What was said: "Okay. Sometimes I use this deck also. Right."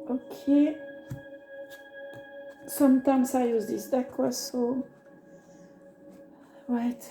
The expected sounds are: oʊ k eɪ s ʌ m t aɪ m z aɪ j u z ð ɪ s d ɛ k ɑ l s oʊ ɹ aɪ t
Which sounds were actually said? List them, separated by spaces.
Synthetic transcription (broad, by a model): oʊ k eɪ s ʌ m t aɪ m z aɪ j u z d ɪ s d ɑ k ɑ s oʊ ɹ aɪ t